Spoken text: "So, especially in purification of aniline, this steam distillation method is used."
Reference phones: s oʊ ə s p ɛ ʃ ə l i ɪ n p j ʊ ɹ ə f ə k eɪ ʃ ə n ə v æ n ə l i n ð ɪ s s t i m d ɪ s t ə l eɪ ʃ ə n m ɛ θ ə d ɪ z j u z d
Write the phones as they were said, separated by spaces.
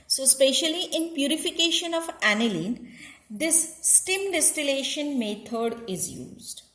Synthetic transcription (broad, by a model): s oʊ s p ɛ ʃ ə l i ɪ n p j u ɹ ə f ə k eɪ ʃ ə n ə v æ n ə l i n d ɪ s s t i m d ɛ s t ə l eɪ ʃ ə n m ɛ t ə d ɪ z j u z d